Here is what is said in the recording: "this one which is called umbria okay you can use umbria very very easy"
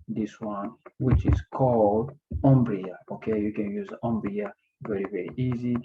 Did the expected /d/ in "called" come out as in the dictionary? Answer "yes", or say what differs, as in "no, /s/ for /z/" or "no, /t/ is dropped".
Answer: yes